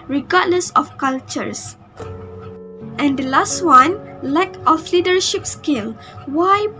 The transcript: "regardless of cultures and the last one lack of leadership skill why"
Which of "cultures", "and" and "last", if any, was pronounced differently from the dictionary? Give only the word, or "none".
cultures